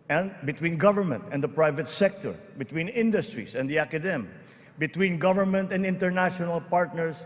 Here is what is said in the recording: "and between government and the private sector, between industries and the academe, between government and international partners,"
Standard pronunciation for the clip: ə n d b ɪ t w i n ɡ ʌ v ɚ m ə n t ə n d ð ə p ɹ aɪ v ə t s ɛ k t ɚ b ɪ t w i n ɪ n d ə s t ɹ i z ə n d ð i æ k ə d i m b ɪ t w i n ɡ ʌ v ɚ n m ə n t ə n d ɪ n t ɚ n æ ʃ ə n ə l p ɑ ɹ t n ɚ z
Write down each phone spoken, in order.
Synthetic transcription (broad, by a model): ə n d b ɪ t w i n ɡ ʌ v ɚ m ə n t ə n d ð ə p ɹ aɪ v ə t s ɛ k t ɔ b ɪ t w i n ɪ n d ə s t ɹ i s ə n d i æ k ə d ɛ m b ɪ t w i n ɡ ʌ v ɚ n m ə n t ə n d ɪ n t ɚ n æ ʃ ə n ə l p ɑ ɹ t n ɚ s